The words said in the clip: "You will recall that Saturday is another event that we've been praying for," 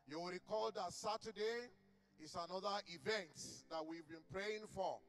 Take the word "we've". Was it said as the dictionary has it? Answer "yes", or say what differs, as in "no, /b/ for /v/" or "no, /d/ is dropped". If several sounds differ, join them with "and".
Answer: yes